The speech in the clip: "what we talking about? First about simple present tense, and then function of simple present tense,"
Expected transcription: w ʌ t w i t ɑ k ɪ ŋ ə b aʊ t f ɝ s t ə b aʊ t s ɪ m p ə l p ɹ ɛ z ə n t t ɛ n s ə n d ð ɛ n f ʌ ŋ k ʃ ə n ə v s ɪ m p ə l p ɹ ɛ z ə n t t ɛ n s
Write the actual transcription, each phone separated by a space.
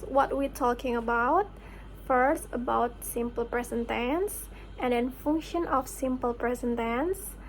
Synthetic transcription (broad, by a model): w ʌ t w i t ɑ k ɪ ŋ ə b aʊ t f ɝ s t ə b aʊ t s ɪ m p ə l p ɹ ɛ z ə n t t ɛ n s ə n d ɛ n f ʌ ŋ k ʃ ə n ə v s ɪ m p ə l p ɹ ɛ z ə n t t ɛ n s